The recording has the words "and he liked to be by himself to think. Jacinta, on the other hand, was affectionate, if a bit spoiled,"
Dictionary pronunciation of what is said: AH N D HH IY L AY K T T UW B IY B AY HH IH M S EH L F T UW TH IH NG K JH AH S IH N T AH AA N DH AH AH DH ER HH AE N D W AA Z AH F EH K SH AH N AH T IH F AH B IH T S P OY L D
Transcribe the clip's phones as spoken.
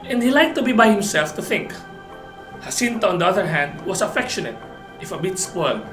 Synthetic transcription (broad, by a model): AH N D HH IY L AY K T T UW B IY B AY HH IH M S EH L F T UW TH IH NG K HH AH S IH N T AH AA N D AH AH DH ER HH AE N D W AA S AH F EH K SH AH N AH T IH F AH B IH T S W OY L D